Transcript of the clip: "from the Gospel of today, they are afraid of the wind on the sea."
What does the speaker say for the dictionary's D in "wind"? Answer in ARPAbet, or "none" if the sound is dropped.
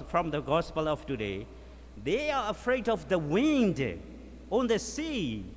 D